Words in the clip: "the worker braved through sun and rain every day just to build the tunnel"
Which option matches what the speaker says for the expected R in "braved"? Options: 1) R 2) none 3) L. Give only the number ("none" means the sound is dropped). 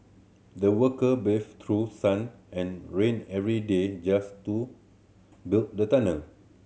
2